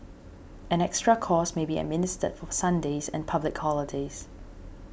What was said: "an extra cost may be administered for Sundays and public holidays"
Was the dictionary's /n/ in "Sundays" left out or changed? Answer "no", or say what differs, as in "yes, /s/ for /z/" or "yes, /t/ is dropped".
no